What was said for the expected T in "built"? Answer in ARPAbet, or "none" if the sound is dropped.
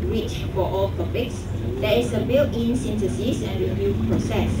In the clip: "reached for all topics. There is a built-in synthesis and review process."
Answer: none